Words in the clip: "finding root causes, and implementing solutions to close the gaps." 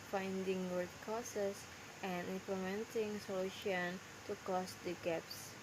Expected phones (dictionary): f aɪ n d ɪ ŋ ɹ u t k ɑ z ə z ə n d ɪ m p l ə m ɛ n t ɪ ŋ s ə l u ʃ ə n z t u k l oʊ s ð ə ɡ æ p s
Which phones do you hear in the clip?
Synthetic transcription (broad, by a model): f aɪ n d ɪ ŋ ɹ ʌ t k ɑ s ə s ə n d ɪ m p l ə m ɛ n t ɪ ŋ s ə l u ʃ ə n t u k oʊ s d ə ɡ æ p s